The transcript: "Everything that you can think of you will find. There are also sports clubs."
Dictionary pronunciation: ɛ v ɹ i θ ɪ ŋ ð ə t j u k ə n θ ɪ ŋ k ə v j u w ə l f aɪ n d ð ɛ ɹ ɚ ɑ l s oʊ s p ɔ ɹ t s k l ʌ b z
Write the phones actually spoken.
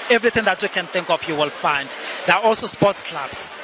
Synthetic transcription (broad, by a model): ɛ v ɹ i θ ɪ ŋ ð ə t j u k ə n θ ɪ ŋ k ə f j u w ə l f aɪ n d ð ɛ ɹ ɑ ɑ l s oʊ s p ɔ t s k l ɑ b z